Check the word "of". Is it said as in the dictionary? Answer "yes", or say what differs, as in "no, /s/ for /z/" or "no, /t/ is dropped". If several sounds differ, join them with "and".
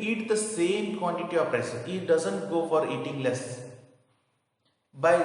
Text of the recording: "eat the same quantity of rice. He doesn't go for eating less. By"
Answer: no, /p/ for /v/